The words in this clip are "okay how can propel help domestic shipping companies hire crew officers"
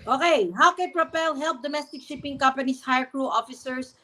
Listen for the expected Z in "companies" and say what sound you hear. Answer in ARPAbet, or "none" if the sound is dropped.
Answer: S